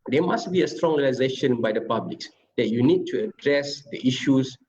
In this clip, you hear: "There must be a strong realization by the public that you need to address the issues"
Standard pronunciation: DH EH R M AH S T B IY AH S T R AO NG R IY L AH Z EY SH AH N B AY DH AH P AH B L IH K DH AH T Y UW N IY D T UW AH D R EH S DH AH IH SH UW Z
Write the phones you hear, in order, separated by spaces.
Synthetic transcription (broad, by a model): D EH M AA S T B IY AH S T R AO NG R IY L AH Z EY SH AH N B AY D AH P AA B L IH K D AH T Y UW N IY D T UW AH D R EH S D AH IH SH UW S